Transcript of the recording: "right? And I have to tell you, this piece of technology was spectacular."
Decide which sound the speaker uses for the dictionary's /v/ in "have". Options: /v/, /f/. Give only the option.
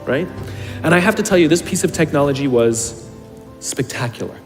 /f/